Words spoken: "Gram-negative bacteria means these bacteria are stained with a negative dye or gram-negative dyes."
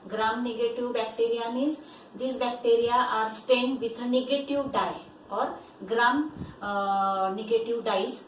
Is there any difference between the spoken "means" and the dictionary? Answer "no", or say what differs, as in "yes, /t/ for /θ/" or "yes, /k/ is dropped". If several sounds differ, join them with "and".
yes, /n/ is dropped